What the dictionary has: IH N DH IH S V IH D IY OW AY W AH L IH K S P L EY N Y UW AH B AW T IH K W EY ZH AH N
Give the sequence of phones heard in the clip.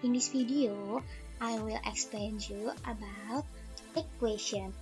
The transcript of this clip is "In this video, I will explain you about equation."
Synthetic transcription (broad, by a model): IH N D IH S F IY D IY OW AY W AH L IH K S P L EY N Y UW AH B AW T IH K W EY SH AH N